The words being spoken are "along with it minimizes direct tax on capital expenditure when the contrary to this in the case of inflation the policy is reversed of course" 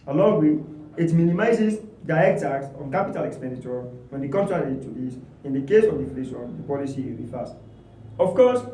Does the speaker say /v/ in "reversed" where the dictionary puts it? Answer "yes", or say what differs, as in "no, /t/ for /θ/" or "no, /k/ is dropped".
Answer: no, /f/ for /v/